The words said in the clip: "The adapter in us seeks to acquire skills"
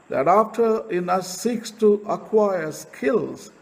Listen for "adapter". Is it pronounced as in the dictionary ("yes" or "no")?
no